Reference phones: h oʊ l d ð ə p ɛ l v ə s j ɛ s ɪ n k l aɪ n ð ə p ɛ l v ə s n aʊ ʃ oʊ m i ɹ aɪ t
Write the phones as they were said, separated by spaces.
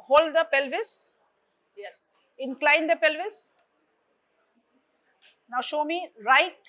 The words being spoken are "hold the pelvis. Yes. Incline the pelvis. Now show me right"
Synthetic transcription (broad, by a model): h oʊ l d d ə p ɛ l v ə s j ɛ s ɪ n k l aɪ n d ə p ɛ l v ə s n aʊ ʃ oʊ m i ɹ aɪ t